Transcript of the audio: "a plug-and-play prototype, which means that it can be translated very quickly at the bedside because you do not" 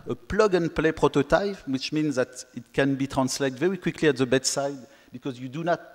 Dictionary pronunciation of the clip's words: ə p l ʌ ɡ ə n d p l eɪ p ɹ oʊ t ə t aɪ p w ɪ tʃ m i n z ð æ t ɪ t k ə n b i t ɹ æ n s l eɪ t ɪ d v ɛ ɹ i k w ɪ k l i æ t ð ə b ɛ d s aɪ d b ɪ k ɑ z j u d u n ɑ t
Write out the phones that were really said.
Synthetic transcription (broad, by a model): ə p l ʌ ɡ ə n p l eɪ p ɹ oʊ t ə t aɪ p w ɪ tʃ m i n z ð æ t ɪ t k ə n b i t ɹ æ n s l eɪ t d v ɛ ɹ i k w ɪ k l i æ t ð ə b ɛ d s aɪ d b ɪ k ɑ z j u d u n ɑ t